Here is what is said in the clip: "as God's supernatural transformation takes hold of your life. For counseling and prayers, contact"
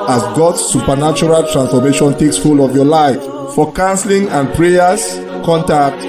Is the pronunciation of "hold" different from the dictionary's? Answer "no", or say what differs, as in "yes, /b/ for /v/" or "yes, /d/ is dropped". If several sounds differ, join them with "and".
yes, /d/ is dropped